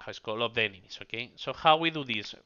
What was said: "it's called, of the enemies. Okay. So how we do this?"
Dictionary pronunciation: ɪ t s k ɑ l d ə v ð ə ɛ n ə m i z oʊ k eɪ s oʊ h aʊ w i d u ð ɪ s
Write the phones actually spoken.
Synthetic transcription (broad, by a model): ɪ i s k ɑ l ə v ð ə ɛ n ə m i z oʊ k eɪ s oʊ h aʊ w i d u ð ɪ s